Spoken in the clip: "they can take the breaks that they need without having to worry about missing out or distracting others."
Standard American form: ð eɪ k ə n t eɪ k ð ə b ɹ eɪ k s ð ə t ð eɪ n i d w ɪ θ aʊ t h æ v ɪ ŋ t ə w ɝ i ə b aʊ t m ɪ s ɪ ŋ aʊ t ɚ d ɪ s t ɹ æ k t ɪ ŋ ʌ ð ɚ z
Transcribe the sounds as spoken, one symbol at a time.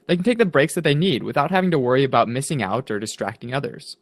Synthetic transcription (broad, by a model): ð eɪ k n t eɪ k ð ə b ɹ eɪ k s ð ə t ð eɪ n i d w ɪ θ aʊ t h æ v ɪ ŋ t ə w ɝ i ə b aʊ t m ɪ s ɪ ŋ aʊ t ɚ d ɪ s t ɹ æ k t ɪ ŋ ʌ ð ɚ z